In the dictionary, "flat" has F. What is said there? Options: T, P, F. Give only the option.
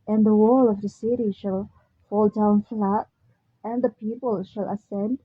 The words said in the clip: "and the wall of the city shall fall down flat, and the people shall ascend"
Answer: F